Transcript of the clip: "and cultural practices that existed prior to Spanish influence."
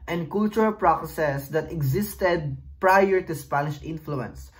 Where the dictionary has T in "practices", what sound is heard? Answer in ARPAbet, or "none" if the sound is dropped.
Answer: S